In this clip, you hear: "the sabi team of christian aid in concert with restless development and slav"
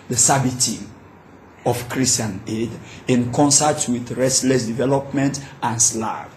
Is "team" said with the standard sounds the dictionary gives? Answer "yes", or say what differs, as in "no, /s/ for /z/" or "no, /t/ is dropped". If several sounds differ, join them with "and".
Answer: no, /m/ is dropped